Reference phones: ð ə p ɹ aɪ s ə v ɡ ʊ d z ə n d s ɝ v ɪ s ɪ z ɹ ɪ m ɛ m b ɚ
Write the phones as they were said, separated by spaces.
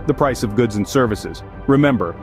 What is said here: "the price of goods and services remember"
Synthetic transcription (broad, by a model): ð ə p ɹ aɪ s ə v ɡ ʊ d z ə n s ɝ v ɪ s ɪ z ɹ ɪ m ɛ m b ɚ